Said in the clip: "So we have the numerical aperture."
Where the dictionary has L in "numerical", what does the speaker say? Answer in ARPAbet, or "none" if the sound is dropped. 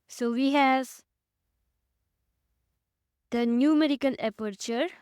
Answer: N